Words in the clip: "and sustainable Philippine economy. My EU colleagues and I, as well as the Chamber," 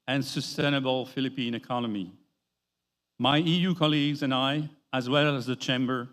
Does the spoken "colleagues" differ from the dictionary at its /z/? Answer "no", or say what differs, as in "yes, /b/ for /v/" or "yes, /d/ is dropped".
no